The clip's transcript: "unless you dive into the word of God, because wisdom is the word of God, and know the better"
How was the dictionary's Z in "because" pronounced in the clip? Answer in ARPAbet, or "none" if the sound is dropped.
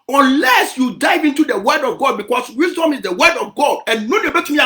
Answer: S